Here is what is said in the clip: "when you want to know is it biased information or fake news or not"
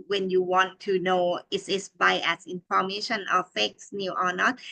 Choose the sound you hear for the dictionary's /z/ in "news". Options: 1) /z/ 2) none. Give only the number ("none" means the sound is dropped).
2